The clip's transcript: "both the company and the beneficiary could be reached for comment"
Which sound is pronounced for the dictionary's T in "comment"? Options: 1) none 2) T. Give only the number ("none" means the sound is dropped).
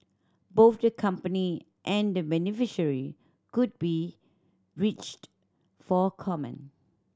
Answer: 1